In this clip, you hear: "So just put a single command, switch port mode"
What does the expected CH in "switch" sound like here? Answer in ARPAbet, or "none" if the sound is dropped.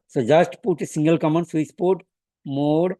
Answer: S